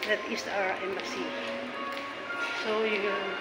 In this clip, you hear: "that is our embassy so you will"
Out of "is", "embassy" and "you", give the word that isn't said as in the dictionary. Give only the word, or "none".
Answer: is